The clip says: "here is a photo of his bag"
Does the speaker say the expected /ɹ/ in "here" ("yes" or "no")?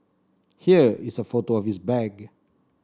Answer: yes